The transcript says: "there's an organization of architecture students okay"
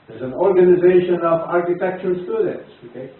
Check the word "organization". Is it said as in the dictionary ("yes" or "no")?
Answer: yes